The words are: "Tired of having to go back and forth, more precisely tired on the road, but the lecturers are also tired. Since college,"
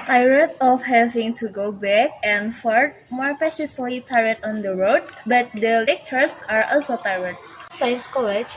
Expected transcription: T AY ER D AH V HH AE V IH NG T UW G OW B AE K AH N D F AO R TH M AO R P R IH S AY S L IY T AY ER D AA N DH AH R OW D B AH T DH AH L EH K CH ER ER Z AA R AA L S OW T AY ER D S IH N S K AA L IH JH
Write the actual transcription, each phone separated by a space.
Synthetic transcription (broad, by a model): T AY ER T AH F HH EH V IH NG T UW G OW B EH K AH N F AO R T M AO R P IH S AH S L IY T AY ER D AA N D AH R OW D B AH T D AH L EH K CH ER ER S AA R AA L S OW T AY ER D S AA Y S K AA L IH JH